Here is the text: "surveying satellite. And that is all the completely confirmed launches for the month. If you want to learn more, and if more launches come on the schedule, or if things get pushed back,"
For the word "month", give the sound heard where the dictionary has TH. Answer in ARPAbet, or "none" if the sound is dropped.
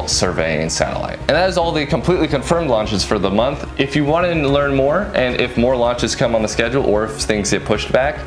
TH